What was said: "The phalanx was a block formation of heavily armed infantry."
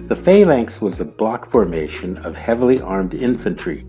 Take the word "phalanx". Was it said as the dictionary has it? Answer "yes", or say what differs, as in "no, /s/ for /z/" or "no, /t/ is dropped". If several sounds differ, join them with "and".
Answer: yes